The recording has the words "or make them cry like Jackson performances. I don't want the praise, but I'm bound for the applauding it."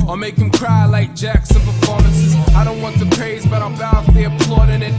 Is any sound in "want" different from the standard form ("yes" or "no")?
no